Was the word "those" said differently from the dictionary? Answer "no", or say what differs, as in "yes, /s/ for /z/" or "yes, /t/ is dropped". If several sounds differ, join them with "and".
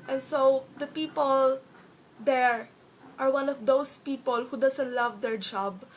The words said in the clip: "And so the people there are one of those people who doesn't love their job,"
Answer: yes, /s/ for /z/